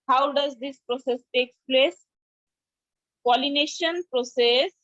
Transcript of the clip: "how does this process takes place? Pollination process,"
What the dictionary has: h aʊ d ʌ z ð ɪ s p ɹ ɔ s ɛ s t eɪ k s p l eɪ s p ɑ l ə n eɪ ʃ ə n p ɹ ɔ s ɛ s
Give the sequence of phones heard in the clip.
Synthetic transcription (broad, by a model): h aʊ d ʌ z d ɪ s p ɹ ɔ s ɛ s t eɪ k p l eɪ s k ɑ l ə n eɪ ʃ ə n p ɹ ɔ s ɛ s